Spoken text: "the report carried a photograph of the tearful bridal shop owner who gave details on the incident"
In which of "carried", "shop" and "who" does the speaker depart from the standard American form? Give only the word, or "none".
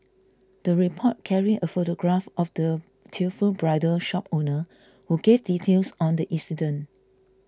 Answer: carried